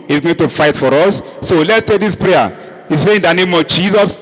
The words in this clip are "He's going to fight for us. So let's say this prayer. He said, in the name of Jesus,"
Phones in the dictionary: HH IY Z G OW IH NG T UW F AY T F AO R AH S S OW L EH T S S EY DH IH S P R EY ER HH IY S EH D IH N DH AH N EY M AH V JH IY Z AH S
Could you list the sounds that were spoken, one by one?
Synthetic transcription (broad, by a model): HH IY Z G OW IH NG T UW F AY T F AO R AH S S OW L EH T S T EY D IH S P R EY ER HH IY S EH IH N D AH N EY M AH V JH IY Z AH S